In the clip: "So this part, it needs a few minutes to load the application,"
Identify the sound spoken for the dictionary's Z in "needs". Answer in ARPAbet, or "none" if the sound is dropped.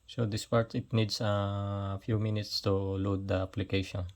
S